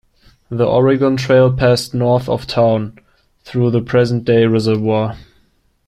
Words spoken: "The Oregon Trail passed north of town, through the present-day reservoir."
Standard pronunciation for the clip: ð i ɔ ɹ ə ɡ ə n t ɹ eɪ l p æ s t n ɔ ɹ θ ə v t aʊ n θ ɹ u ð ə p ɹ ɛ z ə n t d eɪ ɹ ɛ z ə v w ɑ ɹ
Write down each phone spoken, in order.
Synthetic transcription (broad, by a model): ð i ɔ ɹ ə ɡ ə n t ɹ eɪ l p æ s t n ɔ ɹ θ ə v t aʊ n θ ɹ u ð ə p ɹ ɛ z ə n d eɪ ɹ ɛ z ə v w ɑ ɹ